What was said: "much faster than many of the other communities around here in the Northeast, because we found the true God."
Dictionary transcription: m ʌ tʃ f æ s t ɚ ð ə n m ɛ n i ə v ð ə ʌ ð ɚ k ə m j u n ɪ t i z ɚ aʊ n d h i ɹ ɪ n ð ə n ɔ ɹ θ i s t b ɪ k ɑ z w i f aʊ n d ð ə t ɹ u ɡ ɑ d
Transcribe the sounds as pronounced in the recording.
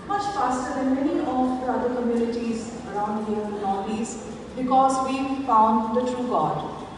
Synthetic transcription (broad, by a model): m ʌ tʃ f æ s t ɚ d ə n m ɛ n i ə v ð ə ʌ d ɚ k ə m j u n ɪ t i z ɚ aʊ n d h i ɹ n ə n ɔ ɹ i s b ɪ k ɑ z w i f aʊ n d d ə t ɹ u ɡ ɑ d